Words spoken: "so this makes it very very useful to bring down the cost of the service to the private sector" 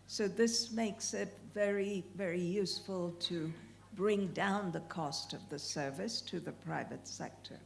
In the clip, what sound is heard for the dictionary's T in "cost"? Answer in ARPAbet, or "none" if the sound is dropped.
T